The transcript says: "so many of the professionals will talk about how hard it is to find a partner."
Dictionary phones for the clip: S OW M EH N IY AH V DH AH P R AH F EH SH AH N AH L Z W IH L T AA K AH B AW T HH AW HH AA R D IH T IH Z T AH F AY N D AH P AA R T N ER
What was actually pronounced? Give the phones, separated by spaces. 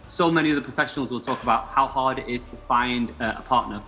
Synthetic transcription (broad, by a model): S OW M EH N IY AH DH AH P R AH F EH SH AH N AH L Z W IH L T AA K AH B AW T HH AW HH AA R D IH T IH Z T AH F AY N D AH P AA T N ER